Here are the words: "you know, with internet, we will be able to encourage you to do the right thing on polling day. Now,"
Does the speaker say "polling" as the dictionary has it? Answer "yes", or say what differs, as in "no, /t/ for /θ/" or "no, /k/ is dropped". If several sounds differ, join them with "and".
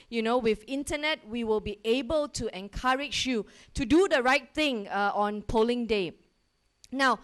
yes